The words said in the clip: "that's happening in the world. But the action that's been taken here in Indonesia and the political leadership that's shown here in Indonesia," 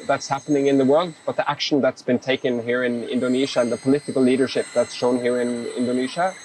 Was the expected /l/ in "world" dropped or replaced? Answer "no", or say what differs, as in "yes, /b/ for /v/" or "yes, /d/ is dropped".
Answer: no